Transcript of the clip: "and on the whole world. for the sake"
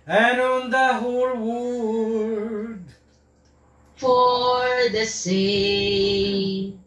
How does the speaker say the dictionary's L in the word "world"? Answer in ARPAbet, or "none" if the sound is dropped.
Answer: none